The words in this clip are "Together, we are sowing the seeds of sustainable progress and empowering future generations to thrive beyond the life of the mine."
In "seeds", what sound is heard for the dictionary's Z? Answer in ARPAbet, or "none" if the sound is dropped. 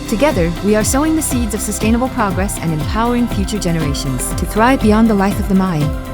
Z